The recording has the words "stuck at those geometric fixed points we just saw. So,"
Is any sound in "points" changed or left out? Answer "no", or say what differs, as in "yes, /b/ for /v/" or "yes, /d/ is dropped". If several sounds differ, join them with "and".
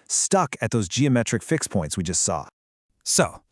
no